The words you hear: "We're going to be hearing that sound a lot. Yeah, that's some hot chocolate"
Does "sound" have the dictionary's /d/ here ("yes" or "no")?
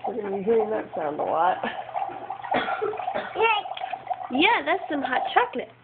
yes